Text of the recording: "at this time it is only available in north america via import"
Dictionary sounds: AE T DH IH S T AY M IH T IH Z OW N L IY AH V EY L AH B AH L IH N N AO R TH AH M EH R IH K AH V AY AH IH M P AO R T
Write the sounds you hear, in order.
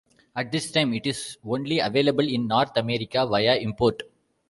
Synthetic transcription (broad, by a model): AE T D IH S T AY M IH T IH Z OW N L IY AH V EY L AH B AH L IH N N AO R T AH M EH R IH K AH V AY AH IH M P AO R T